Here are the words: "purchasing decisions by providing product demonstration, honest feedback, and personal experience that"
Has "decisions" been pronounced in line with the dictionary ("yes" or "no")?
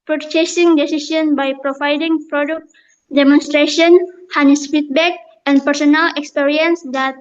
no